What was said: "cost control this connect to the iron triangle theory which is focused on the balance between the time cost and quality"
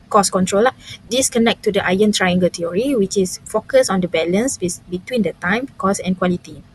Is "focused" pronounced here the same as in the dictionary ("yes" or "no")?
no